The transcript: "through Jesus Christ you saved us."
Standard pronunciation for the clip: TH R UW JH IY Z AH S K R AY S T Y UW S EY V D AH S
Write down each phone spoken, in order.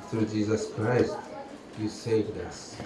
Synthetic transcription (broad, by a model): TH R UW JH IY Z AH S K R AY S T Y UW S EY V D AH S